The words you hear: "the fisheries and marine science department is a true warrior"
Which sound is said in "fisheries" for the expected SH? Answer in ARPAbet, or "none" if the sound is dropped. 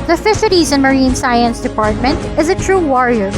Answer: S